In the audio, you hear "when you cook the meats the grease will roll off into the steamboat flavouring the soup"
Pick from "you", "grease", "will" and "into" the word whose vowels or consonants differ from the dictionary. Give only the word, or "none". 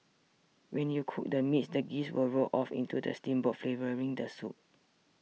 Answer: grease